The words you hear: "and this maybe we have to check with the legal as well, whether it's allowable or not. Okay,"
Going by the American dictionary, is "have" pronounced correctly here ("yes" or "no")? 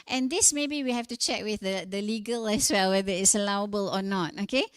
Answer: no